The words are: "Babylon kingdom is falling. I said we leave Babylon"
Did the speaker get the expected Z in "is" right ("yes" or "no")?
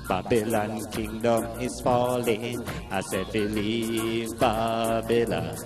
no